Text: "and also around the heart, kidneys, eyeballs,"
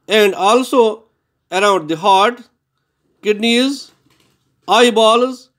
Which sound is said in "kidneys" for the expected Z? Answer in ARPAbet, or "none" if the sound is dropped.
Z